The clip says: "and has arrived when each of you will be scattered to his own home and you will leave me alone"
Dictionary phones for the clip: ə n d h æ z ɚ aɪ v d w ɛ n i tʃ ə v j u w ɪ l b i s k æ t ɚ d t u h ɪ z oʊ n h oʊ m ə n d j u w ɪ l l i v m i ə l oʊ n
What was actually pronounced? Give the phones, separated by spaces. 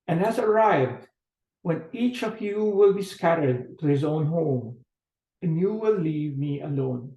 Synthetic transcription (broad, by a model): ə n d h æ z ɚ aɪ v d w ɛ n i tʃ ə v j u w ɪ l b i s k æ t ɚ d t u h ɪ z oʊ n h oʊ m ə n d j u w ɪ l l i v m i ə l oʊ n